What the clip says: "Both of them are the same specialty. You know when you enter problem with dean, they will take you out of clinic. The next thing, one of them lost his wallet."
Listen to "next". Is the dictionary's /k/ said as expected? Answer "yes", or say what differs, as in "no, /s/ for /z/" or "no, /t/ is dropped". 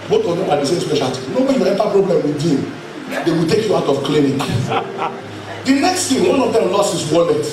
yes